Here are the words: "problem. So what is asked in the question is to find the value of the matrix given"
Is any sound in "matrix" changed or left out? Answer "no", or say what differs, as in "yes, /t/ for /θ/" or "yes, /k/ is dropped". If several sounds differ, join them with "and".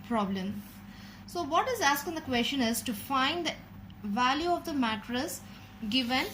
yes, /k/ is dropped